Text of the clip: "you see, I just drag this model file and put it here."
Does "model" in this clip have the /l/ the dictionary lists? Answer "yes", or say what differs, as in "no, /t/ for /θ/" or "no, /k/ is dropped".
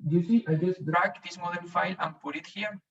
no, /n/ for /l/